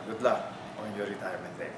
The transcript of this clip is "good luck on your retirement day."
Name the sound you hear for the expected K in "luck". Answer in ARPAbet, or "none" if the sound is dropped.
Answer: none